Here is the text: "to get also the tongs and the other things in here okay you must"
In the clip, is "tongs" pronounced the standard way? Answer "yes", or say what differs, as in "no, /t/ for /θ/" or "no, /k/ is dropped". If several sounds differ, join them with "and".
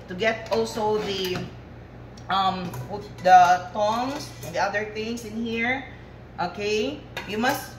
no, /s/ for /z/